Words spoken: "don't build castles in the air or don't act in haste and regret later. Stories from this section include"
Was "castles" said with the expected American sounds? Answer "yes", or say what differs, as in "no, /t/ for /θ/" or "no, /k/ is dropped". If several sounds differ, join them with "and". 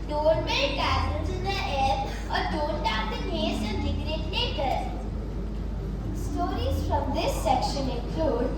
no, /s/ is dropped